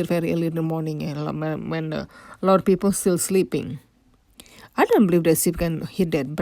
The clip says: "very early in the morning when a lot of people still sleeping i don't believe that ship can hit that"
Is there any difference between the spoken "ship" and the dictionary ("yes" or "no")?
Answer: yes